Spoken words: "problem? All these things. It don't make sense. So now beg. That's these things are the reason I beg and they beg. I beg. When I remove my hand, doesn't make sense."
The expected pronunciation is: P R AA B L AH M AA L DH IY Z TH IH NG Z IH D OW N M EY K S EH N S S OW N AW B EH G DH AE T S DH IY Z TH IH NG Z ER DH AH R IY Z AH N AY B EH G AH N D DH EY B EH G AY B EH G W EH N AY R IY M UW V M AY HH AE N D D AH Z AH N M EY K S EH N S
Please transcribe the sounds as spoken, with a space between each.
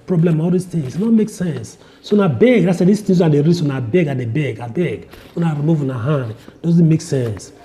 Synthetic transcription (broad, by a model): P R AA B L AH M AA L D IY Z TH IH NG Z IH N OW M EY K S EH N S S OW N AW B EH G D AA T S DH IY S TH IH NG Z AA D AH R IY S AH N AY B EH G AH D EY B EH G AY B EH G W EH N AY R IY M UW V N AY HH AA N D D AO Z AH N M EY K S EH N S